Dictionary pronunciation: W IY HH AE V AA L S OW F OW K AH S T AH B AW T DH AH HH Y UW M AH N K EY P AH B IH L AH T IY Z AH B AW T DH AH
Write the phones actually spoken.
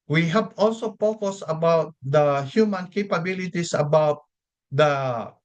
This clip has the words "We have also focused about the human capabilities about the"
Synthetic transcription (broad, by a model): W IY HH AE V AA L S OW P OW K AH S AH B AW T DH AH HH Y UW M AH N K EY P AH B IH L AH T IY S AH B AW T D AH